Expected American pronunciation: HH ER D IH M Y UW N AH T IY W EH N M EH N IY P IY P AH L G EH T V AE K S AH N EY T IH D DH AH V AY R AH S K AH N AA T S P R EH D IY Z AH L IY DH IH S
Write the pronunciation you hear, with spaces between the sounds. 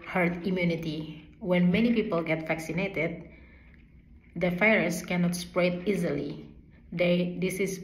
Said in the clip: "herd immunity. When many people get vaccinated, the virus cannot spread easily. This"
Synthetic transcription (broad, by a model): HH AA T IH M Y UW N AH T IY W EH N M EH N IY P IY P AH L G EH T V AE K S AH N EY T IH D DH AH F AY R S K AH N AA T S P R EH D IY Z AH L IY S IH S